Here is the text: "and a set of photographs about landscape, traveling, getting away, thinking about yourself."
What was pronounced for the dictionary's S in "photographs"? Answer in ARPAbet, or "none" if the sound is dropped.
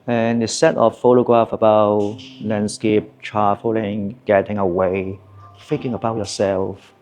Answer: none